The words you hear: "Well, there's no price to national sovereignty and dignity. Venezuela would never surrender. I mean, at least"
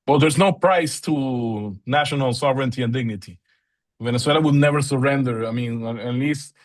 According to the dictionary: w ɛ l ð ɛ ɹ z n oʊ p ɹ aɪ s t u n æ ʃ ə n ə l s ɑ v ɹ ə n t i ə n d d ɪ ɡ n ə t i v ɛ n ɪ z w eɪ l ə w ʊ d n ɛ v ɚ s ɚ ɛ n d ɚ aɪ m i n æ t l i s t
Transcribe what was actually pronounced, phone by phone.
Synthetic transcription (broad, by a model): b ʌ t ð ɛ ɹ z n oʊ p ɹ aɪ s t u n æ ʃ ə n ə l s ɑ v ɹ ə n t i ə n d d ɪ ɡ n ə t i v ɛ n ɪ s w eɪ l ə w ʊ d n ɛ v ɚ s ɚ ɛ n d ɚ aɪ m i n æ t l i s t